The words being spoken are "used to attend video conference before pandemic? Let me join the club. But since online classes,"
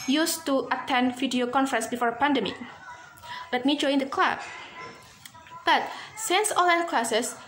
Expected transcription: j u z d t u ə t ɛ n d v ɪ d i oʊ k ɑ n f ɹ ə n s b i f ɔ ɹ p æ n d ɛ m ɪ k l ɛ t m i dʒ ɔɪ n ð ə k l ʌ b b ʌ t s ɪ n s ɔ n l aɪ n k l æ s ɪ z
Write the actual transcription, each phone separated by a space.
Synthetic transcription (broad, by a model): j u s t u ə t ɛ n d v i d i oʊ k ɑ n f ɹ ə n s b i f ɔ ɹ p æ n d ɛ m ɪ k l ɛ t m i dʒ ɔɪ n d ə k l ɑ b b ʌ t s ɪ n s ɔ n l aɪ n k l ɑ s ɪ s